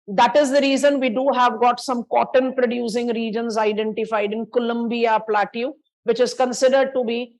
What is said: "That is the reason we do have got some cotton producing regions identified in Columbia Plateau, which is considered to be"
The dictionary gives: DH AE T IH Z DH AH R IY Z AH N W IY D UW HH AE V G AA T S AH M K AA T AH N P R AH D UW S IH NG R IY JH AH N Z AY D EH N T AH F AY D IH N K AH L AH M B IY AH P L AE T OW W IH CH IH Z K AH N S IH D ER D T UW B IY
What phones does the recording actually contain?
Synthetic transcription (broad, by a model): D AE T IH Z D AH R IY Z AH N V IY D UW HH AE V G AA T S AH M K AA T AH N P R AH D UW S IH NG R IY JH AH N Z AY D EH N T AH F AY D IH N K AH L AH M B IY AH P L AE T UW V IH CH IH Z K AH N S IH D ER D T UW B IY